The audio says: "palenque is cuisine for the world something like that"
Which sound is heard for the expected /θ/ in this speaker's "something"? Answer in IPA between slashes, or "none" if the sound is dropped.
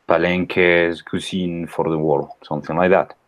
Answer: /θ/